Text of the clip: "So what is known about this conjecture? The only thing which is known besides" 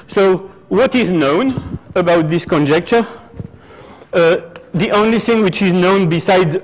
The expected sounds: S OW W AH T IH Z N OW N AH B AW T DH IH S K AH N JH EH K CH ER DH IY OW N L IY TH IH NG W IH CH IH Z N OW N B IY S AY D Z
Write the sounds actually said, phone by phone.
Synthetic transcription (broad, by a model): S OW W AH T IH Z N OW N AH B AW T DH IH S K AH N JH EH K CH ER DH IY OW N L IY TH IH NG W IH CH IH Z N OW N B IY S AY D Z